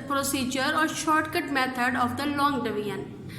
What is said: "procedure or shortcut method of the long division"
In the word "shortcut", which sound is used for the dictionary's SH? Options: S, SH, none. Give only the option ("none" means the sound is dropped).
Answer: SH